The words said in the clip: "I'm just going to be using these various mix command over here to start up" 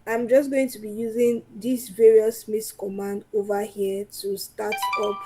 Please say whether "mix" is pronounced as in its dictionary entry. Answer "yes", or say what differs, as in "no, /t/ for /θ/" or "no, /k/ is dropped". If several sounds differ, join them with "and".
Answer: no, /k/ is dropped